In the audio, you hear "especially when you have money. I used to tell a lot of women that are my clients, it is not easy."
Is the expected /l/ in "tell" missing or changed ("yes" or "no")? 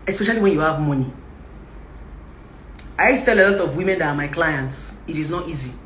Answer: no